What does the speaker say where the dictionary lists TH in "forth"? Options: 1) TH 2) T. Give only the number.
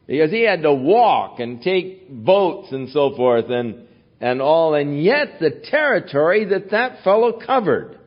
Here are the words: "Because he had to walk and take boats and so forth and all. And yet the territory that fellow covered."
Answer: 1